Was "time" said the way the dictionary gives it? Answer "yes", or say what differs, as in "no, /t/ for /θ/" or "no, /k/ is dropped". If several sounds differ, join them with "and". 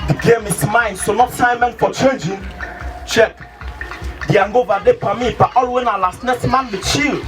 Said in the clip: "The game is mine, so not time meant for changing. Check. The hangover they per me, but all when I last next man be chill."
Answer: no, /s/ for /t/